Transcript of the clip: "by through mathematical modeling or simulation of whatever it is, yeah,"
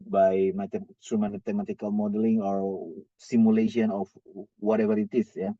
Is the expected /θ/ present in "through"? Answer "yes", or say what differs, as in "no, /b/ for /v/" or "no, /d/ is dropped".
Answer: no, /s/ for /θ/